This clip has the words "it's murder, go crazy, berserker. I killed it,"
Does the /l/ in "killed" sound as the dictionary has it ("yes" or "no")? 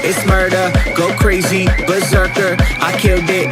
no